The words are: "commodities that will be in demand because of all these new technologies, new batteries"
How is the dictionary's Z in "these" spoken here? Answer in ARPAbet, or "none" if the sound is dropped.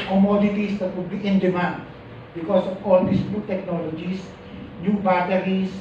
S